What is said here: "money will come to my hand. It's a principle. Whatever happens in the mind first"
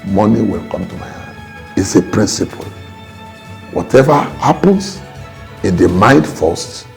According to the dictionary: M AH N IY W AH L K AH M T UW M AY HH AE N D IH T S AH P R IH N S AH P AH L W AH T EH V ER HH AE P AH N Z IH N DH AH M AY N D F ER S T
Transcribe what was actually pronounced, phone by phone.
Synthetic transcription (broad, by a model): M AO N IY W AH L K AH M T UW M AY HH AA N IH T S AH P R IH N S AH P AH L W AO T EH V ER HH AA P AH N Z IH N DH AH M AY N D F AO S T